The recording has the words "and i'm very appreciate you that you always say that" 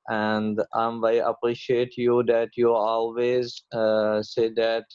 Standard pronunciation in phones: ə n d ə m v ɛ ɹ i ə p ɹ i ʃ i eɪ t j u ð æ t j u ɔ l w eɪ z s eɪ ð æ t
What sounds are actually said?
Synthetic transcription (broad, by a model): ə n d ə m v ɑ i ə p ɹ i ʃ i eɪ t j u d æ t j u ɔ l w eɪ z s eɪ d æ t